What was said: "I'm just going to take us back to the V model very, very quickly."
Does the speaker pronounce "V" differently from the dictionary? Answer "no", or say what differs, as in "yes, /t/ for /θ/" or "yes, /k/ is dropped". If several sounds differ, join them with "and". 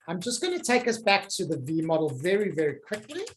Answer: no